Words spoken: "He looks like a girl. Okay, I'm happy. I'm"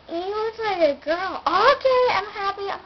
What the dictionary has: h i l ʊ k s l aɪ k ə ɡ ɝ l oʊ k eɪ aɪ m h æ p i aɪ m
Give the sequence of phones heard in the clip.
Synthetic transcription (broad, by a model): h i w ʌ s l aɪ k ə ɡ ɝ l oʊ k eɪ aɪ m h æ p i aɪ